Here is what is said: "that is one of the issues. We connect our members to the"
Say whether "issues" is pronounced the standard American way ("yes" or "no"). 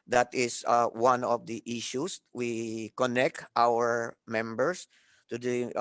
no